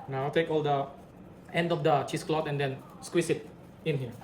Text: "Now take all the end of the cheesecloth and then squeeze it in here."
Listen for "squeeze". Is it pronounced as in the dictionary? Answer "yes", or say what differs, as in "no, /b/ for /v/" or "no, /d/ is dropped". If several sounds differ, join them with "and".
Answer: no, /s/ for /z/